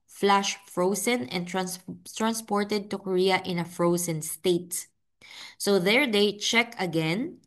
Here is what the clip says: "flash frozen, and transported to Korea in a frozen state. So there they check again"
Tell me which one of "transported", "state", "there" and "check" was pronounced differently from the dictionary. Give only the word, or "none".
none